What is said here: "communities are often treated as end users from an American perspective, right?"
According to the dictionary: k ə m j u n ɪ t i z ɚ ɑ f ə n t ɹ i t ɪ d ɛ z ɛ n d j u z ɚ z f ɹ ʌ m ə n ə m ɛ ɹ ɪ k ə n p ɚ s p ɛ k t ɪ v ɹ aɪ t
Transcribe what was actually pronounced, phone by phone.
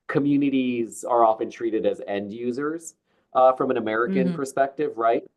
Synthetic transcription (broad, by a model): k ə m j u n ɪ t i z ɚ ɑ f ə n t ɹ i t ɪ d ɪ z ɛ n d j u z ɚ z f ɹ ʌ m ə n ə m ɛ ɹ ɪ k ə n p ɚ s p ɛ k t ɪ v ɹ aɪ t